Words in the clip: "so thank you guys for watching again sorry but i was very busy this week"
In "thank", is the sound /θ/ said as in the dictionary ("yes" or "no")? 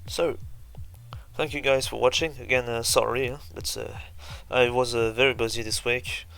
yes